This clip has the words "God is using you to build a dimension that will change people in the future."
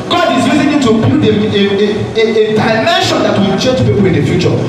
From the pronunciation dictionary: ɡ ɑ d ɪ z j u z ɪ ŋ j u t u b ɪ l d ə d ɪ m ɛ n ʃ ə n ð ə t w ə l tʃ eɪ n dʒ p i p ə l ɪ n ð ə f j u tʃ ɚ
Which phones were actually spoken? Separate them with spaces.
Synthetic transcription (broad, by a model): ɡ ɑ d ɪ z j u z ɪ ŋ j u t u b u d ə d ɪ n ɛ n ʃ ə n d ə t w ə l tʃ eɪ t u p i p ə l ɪ n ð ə f j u tʃ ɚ